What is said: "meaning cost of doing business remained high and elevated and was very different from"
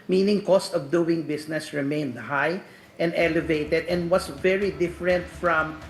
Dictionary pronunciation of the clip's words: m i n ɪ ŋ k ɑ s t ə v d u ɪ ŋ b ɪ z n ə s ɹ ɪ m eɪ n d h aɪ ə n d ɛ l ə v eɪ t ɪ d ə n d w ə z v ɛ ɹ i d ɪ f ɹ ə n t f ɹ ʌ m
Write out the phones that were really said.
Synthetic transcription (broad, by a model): m i n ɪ ŋ k ɑ s t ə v d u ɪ ŋ b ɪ s n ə s ɹ ɪ m eɪ n d h aɪ ə n d ɛ l ə v eɪ t ɪ d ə n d w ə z v ɛ ɹ i d ɪ f ɹ ə n t f ɹ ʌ m